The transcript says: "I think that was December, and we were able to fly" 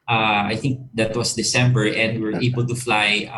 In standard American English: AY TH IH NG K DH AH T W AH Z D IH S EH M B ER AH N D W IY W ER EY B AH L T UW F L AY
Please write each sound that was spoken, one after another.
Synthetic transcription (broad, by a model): AY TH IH NG K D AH T W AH S D IH S EH M B ER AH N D W IY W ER EY B AH L T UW F L AY